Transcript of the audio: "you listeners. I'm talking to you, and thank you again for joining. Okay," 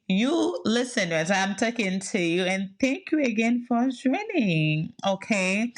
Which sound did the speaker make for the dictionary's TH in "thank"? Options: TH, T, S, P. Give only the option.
TH